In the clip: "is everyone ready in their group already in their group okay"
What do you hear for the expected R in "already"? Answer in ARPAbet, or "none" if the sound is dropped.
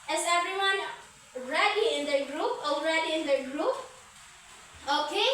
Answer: R